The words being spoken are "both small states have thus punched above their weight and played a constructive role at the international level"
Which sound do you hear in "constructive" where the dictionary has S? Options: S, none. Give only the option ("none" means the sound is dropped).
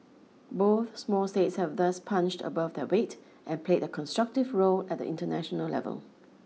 S